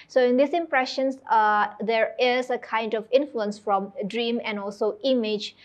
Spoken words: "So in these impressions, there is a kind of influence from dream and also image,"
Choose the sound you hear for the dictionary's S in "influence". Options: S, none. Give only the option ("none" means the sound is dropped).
S